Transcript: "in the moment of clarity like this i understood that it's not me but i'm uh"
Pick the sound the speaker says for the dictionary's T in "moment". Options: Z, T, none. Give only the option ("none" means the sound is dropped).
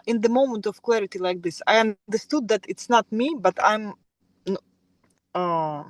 T